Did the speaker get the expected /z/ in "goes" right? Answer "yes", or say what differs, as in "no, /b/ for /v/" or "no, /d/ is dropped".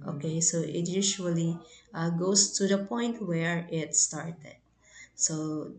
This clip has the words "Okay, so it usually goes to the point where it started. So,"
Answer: no, /s/ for /z/